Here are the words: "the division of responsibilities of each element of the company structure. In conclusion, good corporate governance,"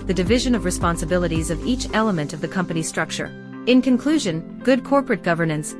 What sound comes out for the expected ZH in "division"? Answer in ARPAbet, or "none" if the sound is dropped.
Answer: ZH